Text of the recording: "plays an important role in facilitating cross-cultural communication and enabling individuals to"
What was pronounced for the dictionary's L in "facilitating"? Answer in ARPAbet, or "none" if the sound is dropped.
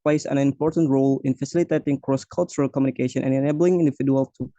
L